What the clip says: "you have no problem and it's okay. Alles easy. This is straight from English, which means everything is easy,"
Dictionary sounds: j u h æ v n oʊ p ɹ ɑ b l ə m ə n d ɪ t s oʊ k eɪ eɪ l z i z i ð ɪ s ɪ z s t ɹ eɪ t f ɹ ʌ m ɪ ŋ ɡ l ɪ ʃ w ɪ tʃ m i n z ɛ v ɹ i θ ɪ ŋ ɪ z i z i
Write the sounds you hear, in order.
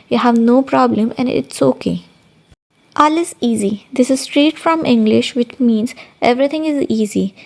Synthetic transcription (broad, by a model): j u h æ v n oʊ p ɹ ɑ b l ə m ə n d ɪ t s oʊ k eɪ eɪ l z i z i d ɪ s ɪ z s t ɹ eɪ t f ɹ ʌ m ɪ ŋ ɡ l ɪ ʃ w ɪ tʃ m i n z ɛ v ɹ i t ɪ ŋ ɪ z i z i